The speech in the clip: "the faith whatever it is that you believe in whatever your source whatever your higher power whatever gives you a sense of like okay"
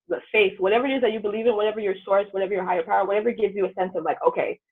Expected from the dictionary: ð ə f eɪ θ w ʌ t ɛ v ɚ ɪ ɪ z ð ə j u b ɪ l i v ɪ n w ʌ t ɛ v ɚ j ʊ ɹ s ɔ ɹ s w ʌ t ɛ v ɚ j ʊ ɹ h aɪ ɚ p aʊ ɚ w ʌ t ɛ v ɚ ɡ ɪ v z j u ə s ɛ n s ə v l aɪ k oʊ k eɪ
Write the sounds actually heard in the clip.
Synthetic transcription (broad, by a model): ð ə f eɪ θ w ʌ t ɛ v ɚ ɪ ɪ z ð ə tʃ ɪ b ɪ l i v ɪ n w ʌ t ɛ v ɚ j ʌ ɹ s ɔ ɹ s w ʌ t ɛ v ɚ j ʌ ɹ h aɪ ɚ p aʊ ɚ w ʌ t ɛ v ɚ ɡ ɪ v z j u ə s ɛ n s ə v l aɪ k oʊ k eɪ